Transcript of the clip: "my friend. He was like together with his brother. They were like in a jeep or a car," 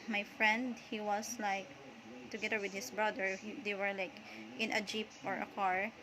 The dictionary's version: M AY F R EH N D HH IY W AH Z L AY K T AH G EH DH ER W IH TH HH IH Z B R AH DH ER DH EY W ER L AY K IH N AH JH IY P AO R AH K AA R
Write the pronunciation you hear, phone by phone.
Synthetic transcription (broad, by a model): M AY F R EH N D HH IY W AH S L AY K T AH G EH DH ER W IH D HH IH S B R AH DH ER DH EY W ER L AY K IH N AH JH IY P AO R AH K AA R